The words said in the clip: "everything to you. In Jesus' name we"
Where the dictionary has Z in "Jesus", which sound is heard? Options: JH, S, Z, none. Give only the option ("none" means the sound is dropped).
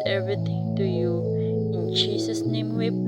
S